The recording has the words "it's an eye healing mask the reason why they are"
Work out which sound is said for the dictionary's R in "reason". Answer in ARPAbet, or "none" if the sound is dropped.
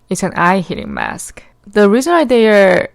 R